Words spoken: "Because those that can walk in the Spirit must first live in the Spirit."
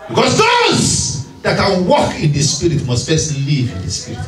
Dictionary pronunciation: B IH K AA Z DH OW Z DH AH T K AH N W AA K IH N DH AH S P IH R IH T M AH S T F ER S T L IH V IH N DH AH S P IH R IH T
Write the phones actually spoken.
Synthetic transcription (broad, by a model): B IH K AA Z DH OW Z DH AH T K AH N W AA K IH N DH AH S P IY R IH T M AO S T P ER S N L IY V IH N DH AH S P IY R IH T